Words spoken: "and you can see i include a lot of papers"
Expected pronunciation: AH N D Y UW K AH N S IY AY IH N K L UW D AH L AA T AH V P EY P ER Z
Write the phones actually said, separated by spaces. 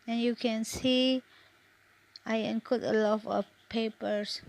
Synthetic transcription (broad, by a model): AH N Y UW K AH N S IY AY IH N K UW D AH L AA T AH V P EY P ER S